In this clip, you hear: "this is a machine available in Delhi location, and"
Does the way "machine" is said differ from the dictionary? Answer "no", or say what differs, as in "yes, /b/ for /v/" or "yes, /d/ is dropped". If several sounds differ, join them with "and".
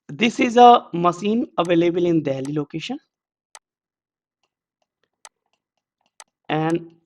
yes, /s/ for /ʃ/